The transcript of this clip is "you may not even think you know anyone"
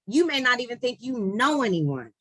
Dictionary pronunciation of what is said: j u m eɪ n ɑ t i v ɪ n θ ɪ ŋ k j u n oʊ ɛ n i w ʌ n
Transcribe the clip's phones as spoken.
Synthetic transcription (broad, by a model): j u m eɪ n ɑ t i v ɪ n θ ɪ ŋ k j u n oʊ ɛ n i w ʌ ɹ